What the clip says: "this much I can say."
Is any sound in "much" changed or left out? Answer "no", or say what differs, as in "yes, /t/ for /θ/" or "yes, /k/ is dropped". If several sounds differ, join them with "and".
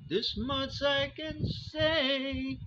yes, /s/ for /tʃ/